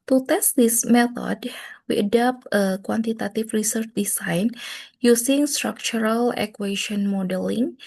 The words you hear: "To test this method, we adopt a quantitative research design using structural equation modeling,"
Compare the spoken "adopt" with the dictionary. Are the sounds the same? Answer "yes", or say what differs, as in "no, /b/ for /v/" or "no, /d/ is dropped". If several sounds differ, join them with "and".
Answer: yes